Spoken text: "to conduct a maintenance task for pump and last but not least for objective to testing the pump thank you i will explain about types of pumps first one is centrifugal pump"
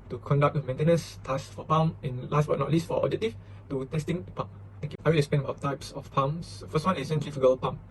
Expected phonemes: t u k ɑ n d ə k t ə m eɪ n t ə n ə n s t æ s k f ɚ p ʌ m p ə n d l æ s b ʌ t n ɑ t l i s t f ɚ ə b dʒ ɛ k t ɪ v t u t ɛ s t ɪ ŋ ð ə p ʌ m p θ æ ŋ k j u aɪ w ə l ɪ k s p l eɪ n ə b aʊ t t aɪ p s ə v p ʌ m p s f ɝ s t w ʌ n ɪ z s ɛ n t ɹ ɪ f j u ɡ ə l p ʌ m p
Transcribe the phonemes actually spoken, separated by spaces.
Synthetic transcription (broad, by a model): t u k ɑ n d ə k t ə m eɪ n t ə n ə n s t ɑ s f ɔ p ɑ m ə n l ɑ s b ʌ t n ɑ t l i s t f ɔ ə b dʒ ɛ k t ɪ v t u t ɛ s t ɪ ŋ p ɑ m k aɪ w ə l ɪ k s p eɪ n ə b aʊ t t aɪ p s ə f p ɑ m s f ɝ s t w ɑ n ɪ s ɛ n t ɹ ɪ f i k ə l p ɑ m